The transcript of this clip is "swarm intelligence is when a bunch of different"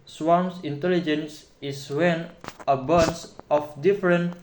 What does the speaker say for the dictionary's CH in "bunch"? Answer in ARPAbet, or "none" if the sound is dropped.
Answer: S